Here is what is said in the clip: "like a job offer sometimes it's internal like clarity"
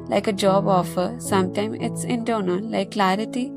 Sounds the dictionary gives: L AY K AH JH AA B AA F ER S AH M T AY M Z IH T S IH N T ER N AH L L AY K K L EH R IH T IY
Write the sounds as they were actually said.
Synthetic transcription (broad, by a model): L AY K AH JH AA B AA F ER S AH M T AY M IH T S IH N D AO N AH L L AY K K L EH R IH T IY